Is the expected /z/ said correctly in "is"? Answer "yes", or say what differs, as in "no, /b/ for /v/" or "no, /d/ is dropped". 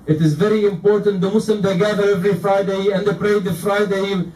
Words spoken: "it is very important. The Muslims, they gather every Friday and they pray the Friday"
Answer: yes